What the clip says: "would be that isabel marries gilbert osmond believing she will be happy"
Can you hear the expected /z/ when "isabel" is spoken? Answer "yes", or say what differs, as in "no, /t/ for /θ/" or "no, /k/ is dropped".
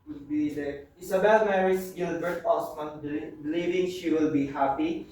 no, /s/ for /z/